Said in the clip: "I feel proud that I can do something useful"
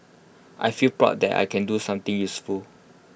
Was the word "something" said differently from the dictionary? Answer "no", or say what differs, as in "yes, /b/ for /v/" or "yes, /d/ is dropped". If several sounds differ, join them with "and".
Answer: yes, /t/ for /θ/